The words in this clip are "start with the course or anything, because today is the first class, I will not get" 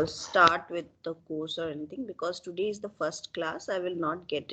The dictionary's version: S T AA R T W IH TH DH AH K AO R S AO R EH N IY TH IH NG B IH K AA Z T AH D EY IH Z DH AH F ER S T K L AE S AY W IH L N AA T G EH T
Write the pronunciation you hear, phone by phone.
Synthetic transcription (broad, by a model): S T AA R T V IH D AH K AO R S AO R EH N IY T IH NG B IH K AA Z T AH D EY IH Z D AH F ER S T K L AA S AY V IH L N AA T G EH T